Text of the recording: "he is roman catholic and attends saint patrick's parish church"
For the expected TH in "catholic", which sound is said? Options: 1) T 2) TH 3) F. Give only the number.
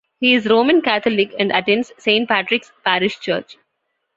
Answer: 1